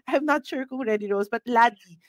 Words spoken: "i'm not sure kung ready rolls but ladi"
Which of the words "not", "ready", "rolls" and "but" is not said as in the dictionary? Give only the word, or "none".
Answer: rolls